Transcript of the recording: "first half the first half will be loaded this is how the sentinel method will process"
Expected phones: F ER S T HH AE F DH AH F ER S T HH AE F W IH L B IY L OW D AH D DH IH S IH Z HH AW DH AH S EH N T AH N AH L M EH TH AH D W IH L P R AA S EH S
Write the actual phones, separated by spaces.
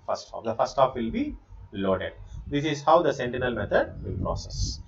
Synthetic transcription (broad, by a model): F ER S T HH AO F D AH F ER S T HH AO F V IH L B IY L OW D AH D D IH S IH Z HH AW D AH S EH N T AH N AH L M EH T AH D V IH L P R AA S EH S